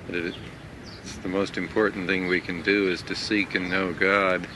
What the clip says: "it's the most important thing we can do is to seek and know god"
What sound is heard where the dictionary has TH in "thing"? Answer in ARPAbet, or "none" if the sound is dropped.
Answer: TH